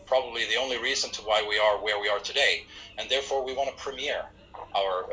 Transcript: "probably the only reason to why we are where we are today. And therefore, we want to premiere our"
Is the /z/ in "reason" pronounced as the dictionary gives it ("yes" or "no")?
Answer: yes